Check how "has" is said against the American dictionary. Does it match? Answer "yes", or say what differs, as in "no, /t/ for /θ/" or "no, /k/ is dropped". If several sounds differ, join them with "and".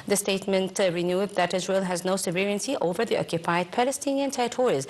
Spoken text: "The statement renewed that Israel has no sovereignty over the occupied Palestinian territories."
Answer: yes